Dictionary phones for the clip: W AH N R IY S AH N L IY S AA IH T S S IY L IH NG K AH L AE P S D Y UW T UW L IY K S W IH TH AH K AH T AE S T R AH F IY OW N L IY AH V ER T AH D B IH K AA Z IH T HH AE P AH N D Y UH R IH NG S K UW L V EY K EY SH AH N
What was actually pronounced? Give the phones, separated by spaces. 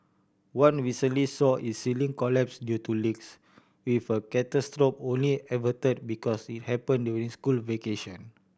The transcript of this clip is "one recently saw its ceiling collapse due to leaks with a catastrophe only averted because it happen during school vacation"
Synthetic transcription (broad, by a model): W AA N W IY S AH L IY S AA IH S S IY L IH NG K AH L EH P S D Y UW T UW L IY K S W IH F AH K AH T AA S T R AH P OW N L IY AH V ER T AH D B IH K AA S IH T HH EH P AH N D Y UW R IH NG S K UW L V EY K EY SH AH N